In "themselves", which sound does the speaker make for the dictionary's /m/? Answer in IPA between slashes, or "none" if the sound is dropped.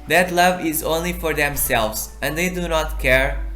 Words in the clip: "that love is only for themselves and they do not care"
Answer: /m/